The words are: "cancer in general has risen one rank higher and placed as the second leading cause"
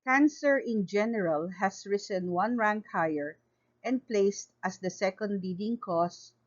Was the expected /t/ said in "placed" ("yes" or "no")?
yes